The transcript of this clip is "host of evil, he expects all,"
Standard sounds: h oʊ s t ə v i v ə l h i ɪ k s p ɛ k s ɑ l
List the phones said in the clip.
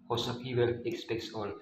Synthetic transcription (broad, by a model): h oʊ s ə p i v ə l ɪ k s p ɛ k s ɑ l